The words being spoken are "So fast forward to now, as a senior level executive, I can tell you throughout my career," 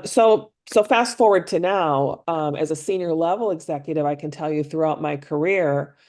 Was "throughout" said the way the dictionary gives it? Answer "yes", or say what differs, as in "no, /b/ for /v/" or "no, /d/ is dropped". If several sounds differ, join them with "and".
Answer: yes